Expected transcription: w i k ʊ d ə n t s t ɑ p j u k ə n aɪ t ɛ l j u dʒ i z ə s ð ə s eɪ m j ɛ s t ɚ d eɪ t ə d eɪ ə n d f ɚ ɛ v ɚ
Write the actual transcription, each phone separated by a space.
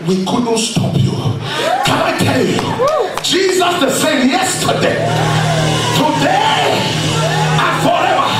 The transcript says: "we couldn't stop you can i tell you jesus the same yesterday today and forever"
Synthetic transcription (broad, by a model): w i k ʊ d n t s t ɑ p j u k ə n aɪ t ɛ l j u dʒ i z ə s ð ə s eɪ m j ɛ s t ɚ d eɪ t ə d eɪ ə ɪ f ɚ ɛ v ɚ